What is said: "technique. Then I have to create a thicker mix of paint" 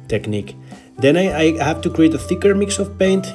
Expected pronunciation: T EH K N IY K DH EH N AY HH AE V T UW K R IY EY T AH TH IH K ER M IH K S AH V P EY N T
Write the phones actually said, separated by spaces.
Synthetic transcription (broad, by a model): T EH K N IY K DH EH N AY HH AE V T UW K R IY EY T AH TH IH K ER M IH K S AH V P EY N T